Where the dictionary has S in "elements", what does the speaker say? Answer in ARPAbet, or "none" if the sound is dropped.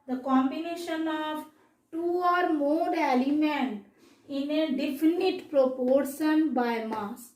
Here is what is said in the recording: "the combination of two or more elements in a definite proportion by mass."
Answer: none